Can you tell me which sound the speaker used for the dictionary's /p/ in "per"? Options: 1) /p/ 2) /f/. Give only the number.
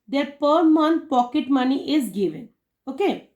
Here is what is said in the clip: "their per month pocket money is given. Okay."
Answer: 1